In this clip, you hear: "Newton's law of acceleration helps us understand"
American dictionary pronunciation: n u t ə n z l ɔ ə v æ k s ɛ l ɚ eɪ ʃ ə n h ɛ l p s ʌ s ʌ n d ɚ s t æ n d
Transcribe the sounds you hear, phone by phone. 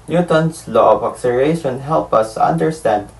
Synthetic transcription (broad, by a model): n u t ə n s l ɔ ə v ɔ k s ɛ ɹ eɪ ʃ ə n h ɛ l p ʌ s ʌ n d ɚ s t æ n d